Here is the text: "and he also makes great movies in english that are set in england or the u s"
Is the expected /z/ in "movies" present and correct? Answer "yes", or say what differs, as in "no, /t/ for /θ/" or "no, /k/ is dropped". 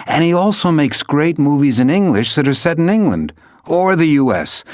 yes